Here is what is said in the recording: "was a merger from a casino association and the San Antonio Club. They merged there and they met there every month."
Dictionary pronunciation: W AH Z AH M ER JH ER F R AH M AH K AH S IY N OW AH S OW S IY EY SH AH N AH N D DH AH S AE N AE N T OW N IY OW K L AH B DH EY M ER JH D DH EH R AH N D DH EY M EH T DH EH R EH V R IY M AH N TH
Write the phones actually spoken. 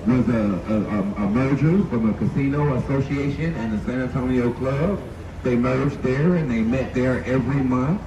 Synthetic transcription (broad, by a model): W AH Z AH M ER JH ER F R AH M AH K AH S IY N OW AH S OW S IY EY SH AH N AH N DH AH S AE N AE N T OW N IY OW K L AH B DH EY M ER JH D DH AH R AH N DH EY M EH T DH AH R EH V R IY M AH N TH